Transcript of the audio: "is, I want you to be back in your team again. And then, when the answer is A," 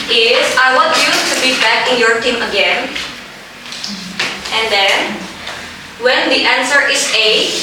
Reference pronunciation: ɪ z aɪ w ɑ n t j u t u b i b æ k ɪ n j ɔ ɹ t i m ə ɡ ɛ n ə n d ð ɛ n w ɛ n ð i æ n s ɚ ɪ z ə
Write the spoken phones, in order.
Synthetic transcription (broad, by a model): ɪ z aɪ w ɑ t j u t u b i b æ k ɪ n j ɔ ɹ t i m ə ɡ ɛ n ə n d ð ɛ n w ɛ n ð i æ n s ɚ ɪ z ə